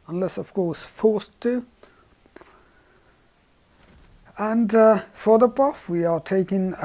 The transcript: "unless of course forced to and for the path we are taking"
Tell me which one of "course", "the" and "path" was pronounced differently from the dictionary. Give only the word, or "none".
path